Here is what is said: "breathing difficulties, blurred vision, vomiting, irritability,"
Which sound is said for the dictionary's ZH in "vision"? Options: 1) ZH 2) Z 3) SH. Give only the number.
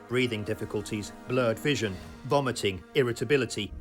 1